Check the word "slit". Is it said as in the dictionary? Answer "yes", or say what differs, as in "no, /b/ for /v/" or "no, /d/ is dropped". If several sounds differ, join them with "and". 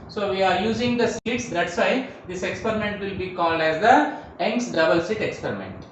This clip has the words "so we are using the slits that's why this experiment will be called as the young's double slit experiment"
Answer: no, /l/ is dropped